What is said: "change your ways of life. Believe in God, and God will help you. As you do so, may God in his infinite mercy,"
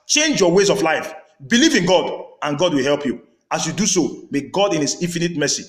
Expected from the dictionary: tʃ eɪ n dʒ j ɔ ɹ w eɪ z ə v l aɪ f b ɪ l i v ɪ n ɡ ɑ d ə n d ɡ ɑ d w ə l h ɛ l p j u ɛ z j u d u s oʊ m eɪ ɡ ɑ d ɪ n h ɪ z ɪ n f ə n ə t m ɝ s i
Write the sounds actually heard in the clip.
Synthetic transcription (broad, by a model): tʃ eɪ n dʒ j ɔ w eɪ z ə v l aɪ f b ɪ l i v ɪ n ɡ ɑ d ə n ɡ ɑ d w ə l h ɛ l p j u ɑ s j u d u s oʊ m eɪ ɡ ɑ d ɪ n h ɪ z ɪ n f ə n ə t m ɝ s i